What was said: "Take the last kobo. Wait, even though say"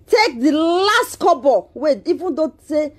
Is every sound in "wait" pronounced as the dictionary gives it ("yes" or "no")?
no